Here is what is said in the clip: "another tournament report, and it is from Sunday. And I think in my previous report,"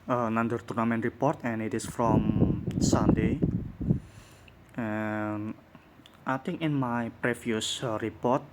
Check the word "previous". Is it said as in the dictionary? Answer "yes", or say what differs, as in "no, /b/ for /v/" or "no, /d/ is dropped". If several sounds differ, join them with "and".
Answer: no, /f/ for /v/